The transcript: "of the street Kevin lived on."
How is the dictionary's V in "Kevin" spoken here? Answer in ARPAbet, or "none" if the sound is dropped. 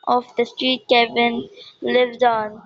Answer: B